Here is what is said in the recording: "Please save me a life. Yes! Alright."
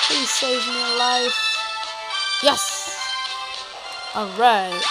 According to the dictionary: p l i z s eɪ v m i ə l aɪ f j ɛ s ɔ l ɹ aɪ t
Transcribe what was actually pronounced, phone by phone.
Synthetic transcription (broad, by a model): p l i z s eɪ v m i ə l aɪ f j ɛ s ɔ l ɹ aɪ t